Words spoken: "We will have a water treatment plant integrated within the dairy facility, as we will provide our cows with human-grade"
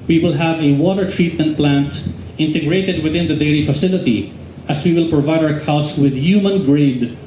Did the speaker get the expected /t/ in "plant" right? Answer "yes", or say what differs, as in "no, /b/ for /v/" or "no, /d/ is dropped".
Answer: yes